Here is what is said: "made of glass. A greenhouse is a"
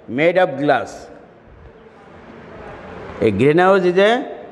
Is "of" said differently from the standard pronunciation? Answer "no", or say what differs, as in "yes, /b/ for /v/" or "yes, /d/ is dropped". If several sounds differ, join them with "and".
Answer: yes, /b/ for /v/